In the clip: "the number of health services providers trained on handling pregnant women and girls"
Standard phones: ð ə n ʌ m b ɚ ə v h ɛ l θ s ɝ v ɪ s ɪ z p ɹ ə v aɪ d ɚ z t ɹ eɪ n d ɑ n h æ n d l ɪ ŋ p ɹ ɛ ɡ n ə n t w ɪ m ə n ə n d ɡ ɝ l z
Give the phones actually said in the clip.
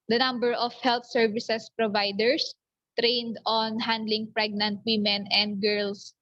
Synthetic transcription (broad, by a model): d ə n ʌ m b ɚ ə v h ɛ l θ s ɝ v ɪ s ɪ s p ɹ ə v aɪ d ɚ s t ɹ eɪ n d ɑ n h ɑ n d l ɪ ŋ p ɹ ɛ ɡ n ə n t w ɪ m ə n ə n d ɡ ɝ l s